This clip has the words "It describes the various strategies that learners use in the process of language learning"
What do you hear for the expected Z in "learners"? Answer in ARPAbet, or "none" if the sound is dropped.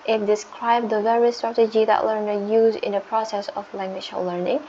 none